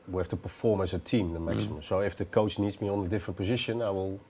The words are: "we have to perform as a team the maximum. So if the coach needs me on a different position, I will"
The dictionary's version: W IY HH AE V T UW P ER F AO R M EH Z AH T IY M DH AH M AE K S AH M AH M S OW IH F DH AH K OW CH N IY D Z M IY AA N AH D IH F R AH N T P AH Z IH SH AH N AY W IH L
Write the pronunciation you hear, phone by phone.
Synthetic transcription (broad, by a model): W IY HH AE F T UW P ER F AO R M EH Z AH T IY M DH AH M AE K S AH M AH M S OW IH F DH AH K OW CH N IY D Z M IY AA N AH D IH F R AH N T P AH Z IH SH AH N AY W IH L